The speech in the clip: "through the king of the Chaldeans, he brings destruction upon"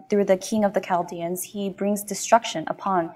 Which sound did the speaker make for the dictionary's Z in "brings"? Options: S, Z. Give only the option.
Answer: Z